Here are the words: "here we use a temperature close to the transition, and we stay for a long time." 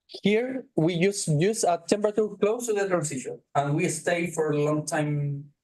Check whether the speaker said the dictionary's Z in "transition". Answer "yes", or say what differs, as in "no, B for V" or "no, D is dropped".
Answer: no, S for Z